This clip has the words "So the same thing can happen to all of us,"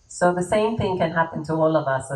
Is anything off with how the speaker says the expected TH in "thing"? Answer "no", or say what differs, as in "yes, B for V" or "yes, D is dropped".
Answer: no